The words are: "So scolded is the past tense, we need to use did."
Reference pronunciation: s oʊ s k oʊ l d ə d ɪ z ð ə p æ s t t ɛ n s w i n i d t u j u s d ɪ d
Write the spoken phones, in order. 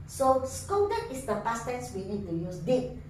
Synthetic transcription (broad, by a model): s oʊ s k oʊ d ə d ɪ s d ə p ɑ s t t ɛ n s w i n i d t u j u s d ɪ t